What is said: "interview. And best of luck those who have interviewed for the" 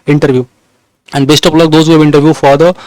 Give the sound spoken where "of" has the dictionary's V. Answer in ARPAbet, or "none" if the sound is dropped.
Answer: P